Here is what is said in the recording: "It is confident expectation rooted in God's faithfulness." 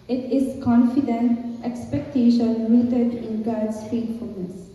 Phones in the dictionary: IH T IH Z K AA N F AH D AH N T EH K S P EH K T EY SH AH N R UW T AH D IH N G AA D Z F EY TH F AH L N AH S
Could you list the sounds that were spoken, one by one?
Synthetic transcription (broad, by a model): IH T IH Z K AA N F AH D AH N T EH K S P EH K T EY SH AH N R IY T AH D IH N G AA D S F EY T F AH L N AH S